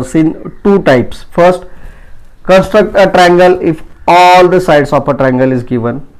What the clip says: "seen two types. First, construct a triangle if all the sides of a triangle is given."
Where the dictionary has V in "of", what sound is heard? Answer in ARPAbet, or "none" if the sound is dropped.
P